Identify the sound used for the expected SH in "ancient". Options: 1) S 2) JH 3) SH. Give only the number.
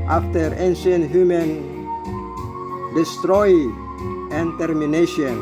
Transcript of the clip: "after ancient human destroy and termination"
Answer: 1